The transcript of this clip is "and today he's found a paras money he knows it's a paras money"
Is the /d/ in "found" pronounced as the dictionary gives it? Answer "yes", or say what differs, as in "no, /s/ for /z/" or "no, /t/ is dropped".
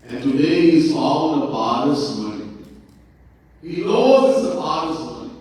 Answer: no, /d/ is dropped